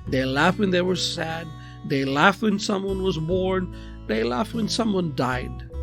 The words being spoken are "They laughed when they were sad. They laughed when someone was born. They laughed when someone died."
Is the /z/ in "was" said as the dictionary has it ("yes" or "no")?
yes